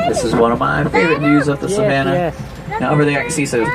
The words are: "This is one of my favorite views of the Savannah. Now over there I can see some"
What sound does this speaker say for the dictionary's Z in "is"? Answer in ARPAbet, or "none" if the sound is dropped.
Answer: Z